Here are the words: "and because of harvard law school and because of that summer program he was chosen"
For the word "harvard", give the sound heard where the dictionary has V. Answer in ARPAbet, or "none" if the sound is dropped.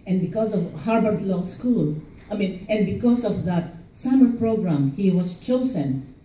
B